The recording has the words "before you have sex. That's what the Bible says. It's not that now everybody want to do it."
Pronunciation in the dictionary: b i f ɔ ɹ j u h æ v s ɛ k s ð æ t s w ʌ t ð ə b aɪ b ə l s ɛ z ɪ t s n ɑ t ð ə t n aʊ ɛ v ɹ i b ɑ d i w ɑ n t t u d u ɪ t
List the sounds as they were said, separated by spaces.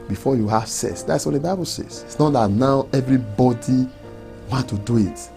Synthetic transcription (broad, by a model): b i f ɔ j u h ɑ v s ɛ s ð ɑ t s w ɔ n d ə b aɪ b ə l s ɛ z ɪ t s n ɑ t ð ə t n aʊ ɛ v ɹ i b ɑ d i w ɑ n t t u d u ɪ t